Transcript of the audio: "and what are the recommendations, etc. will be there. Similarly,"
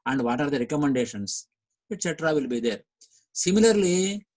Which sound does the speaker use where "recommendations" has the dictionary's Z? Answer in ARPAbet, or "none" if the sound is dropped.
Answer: S